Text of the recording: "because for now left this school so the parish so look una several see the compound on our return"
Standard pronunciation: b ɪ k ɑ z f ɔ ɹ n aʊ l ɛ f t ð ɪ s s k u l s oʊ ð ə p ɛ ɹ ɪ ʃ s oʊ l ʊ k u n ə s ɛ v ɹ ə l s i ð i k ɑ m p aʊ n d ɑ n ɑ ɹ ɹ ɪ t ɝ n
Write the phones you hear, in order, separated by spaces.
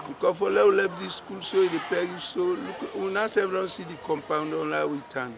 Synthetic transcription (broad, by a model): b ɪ k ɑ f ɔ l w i l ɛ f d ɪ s s k u l s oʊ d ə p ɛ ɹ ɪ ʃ s oʊ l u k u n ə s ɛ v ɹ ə n s i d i k ɑ m p aʊ n d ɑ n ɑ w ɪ t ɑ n